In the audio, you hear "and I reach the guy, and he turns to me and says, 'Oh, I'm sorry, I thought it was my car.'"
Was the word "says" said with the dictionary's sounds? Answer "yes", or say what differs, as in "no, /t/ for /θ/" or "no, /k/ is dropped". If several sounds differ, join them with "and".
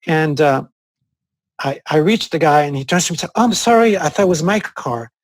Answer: no, /z/ is dropped